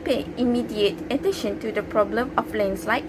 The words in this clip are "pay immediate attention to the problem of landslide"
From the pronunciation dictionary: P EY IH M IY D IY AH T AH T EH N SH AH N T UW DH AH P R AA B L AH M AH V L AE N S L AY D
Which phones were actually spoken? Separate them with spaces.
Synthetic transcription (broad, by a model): P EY IH M IY D IY AH T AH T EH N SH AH N T UW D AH P R AA B L AH M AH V L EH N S L AY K